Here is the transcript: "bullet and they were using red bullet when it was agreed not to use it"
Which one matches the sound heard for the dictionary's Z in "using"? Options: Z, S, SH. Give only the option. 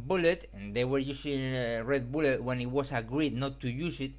S